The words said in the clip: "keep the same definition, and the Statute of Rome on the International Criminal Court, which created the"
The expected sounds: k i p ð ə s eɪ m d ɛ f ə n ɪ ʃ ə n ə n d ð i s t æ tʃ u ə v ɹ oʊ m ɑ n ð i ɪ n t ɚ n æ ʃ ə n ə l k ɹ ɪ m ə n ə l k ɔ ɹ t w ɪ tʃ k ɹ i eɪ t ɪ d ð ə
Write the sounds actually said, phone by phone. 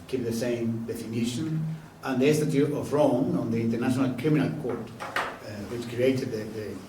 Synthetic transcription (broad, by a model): k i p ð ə s eɪ m d ɛ f ə n ɪ ʃ ə n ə n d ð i s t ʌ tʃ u ə v ɹ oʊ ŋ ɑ n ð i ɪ n t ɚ n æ ʃ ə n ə l k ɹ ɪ m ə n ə l k ɔ ɹ t w ɪ tʃ k ɹ i eɪ t ɪ d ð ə